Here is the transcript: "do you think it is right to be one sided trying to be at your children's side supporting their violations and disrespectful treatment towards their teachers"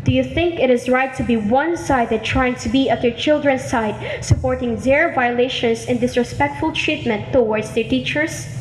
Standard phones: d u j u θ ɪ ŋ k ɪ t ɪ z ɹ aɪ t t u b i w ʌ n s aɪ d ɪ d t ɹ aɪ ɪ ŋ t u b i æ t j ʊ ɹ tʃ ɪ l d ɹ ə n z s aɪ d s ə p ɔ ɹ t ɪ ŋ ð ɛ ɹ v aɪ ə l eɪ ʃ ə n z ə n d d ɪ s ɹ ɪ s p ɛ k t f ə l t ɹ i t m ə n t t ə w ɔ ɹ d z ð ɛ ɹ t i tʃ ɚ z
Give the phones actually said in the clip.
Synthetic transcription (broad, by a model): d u j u θ ɪ ŋ k ɪ t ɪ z ɹ aɪ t t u b i w ʌ n s aɪ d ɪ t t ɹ aɪ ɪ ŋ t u b i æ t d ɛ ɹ tʃ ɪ l d ɹ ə n s aɪ d s ə p ɔ ɹ t ɪ ŋ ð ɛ ɹ v aɪ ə l eɪ ʃ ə n s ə n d d ɪ s ɹ ɪ s p ɛ k t f ə l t ɹ i t m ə n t t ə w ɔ ɹ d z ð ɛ ɹ t i tʃ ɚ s